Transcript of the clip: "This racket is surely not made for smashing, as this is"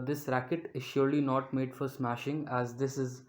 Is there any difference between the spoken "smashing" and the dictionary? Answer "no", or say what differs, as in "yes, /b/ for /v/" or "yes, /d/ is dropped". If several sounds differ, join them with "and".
no